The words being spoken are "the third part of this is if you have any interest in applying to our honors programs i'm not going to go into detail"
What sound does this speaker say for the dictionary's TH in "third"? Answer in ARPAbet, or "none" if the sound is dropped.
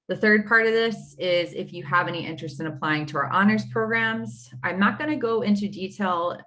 TH